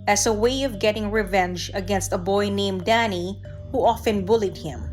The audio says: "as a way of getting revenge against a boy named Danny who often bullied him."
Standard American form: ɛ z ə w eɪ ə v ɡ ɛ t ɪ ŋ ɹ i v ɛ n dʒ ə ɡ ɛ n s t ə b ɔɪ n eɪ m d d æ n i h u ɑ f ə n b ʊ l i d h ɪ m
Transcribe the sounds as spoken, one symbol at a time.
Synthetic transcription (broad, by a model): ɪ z ə w eɪ ə v ɡ ɛ t ɪ ŋ ɹ i v ɛ n dʒ ə ɡ ɛ n s t ə b ɔɪ n eɪ m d d æ n i h u ɑ f ə n b ʊ l i d h ɪ m